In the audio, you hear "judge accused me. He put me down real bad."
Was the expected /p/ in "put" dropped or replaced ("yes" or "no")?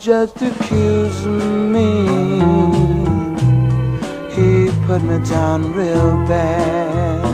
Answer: no